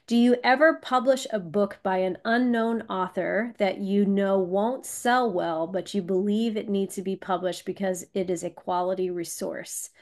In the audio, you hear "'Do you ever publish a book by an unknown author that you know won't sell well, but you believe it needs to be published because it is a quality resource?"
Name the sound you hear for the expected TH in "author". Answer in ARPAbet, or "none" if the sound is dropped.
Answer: TH